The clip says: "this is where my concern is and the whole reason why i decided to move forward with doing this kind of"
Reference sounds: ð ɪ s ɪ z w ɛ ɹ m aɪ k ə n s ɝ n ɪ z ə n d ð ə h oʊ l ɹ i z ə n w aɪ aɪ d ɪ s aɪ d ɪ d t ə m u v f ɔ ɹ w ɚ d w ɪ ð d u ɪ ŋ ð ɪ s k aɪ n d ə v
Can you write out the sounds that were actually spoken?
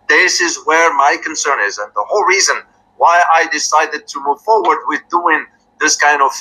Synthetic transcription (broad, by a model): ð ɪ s ɪ z w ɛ ɹ m aɪ k ə n s ɝ n ɪ z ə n ð ə h oʊ l ɹ i z ə n w aɪ aɪ d ɪ s aɪ d ɪ d t ə m u v f ɔ ɹ w ɚ d w ɪ ð d u ɪ ŋ ð ɪ s k aɪ n d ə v